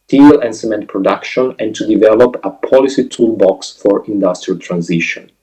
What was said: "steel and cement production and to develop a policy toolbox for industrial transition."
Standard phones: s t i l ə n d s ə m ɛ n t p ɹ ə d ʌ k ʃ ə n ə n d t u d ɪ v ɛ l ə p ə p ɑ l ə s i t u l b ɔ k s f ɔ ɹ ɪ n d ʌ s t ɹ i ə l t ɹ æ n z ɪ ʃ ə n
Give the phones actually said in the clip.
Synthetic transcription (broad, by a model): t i l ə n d s ə m ɛ n t p ɹ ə d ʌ k ʃ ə n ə n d t u d ɪ v ɛ l ə p ə p ɑ l ə s i t u l b ɔ k s f ɔ ɹ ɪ n d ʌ s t ɹ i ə l t ɹ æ n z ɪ ʃ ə n